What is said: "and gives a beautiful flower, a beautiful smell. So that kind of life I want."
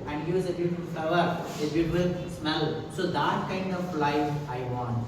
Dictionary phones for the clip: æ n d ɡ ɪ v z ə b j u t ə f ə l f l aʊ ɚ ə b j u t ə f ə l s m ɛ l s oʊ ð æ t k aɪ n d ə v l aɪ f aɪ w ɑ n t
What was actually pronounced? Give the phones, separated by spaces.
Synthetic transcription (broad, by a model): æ n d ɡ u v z ə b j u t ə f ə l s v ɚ ə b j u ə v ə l s m ɛ l s oʊ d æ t k aɪ n d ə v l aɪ aɪ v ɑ n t